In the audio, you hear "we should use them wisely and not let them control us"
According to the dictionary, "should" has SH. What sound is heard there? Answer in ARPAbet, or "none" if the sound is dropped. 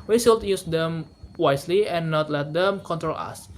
S